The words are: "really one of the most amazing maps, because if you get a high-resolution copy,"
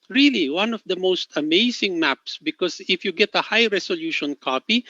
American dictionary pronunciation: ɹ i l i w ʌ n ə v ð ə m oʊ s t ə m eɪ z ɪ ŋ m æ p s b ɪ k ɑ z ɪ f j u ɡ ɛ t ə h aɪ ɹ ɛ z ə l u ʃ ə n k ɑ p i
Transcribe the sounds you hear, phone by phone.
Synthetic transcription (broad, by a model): ɹ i l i w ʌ n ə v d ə m oʊ s t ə m eɪ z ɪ ŋ m æ p s b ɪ k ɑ s ɪ f j u ɡ ɛ t ə h aɪ ɹ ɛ s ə l u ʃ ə n k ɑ p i